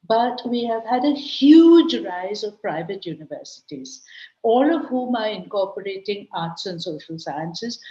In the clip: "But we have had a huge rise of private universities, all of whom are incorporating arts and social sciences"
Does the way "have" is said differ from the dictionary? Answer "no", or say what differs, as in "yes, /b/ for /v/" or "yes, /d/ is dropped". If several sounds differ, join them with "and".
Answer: no